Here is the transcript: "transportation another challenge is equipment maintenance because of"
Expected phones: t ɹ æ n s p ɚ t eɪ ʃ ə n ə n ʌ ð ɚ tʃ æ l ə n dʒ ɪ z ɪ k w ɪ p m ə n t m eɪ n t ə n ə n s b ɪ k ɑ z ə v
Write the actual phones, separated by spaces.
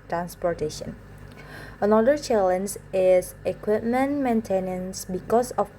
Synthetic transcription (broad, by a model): t ɹ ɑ n s p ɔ t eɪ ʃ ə n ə n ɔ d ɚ tʃ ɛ l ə n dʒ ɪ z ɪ k w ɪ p m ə n m eɪ n t ə n ə n s b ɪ k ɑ s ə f